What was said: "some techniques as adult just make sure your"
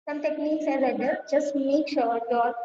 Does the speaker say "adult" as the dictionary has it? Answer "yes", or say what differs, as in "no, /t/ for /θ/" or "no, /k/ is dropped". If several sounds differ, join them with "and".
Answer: no, /l/ is dropped